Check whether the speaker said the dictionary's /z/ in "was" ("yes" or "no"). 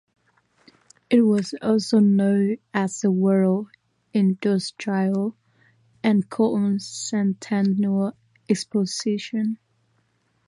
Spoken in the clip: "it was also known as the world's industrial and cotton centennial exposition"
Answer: yes